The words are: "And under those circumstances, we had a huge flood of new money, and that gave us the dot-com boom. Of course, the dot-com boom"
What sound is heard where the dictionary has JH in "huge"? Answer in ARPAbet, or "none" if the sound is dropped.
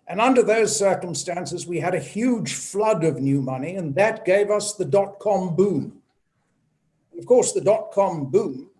ZH